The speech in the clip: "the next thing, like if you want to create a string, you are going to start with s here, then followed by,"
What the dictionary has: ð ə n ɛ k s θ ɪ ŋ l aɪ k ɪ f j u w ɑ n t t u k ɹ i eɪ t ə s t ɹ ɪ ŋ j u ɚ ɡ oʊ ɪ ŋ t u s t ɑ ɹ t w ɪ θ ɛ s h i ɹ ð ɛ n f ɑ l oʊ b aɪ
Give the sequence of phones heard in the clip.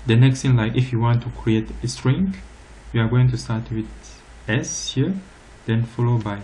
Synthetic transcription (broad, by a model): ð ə n ɛ k s t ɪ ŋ l aɪ k ɪ f j u w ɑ n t t u k ɹ i eɪ t ə s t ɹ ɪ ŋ j u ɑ ɡ oʊ ɪ ŋ t u s t ɑ ɹ t w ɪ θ ɛ s h i ɹ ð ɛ n f ɑ l oʊ b aɪ